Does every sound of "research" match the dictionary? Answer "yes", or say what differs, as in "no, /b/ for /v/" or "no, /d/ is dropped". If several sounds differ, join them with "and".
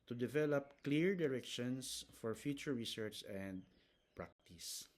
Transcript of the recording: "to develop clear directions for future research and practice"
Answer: yes